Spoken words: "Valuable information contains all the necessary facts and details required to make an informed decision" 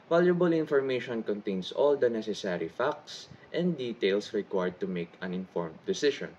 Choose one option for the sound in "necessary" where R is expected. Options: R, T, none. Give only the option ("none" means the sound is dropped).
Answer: R